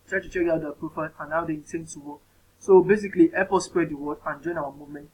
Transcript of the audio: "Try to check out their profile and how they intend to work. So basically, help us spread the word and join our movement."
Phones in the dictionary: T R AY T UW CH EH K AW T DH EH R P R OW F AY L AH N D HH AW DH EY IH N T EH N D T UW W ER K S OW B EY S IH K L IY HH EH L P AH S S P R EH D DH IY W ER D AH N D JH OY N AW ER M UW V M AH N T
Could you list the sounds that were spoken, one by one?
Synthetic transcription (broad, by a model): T R AY T UW CH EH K AW T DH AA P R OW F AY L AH N AW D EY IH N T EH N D T UW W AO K S OW B EY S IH K L IY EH P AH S S P R EH D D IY W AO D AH N JH OY N AW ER M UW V M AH N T